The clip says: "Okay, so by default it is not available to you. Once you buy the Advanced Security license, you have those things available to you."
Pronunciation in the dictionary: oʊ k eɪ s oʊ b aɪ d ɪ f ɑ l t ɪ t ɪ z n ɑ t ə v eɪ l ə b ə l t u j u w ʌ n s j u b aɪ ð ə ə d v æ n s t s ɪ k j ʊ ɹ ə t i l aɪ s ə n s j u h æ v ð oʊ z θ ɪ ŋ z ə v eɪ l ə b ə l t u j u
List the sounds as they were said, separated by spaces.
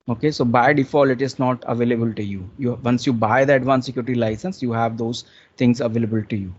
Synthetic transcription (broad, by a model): oʊ k eɪ s oʊ b aɪ d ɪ f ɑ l ɪ t ɪ z n ɑ t ə v eɪ l ə b ə l t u j u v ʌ n s j u b aɪ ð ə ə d v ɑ n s s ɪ k j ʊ ɹ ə t i l aɪ s ə n s j u h æ v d oʊ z t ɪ ŋ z ə v eɪ l ə b ə l t u j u